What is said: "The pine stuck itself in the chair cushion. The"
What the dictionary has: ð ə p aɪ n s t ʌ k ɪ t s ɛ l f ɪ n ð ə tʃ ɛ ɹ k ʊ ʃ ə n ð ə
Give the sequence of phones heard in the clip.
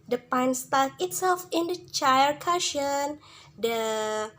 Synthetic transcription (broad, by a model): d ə p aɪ n s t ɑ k ɪ t s ɛ l f ɪ n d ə tʃ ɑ l k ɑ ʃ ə n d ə